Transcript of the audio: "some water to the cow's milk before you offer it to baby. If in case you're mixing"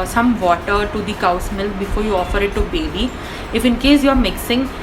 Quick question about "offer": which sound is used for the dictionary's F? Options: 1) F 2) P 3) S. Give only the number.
1